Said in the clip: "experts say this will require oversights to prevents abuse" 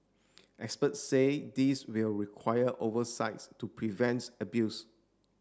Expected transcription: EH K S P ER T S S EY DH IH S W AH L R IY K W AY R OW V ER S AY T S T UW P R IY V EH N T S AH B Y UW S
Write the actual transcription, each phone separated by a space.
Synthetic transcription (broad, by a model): EH K S P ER T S S EY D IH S W AH L R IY K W AY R OW V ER S AY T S T UW P R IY V EH N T AH B Y UW S